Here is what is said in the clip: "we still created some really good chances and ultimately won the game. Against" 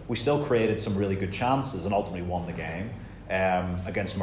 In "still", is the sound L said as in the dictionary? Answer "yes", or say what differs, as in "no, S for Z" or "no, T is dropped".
yes